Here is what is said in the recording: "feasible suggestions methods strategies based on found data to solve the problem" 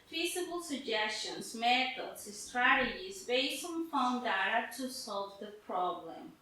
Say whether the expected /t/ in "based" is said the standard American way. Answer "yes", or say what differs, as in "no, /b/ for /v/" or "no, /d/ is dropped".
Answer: no, /t/ is dropped